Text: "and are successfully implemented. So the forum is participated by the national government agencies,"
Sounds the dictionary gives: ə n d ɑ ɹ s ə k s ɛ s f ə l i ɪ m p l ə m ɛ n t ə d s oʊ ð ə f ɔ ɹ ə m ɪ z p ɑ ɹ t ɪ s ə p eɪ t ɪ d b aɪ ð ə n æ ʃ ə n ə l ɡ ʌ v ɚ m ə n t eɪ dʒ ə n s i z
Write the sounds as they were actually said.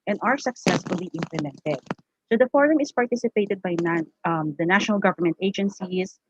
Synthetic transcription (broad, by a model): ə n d ɑ ɹ s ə k s ɛ s f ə l i ɪ m p l ə m ɛ n t ə d s oʊ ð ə f ɔ ɹ ə m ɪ s p ɑ ɹ t ɪ s ə p eɪ t ɪ d b aɪ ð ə n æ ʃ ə n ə l ɡ ʌ v ɚ m ə n t eɪ dʒ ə n s i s